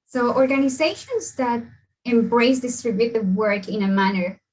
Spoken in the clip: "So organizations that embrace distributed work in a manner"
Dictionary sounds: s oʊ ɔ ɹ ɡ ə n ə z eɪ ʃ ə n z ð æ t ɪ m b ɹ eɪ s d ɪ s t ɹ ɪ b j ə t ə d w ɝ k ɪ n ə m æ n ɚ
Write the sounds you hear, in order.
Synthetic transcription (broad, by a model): s oʊ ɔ ɹ ɡ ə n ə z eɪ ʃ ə n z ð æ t ɪ m b ɹ eɪ s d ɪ s t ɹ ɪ b j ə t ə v w ɝ k ɪ n ə m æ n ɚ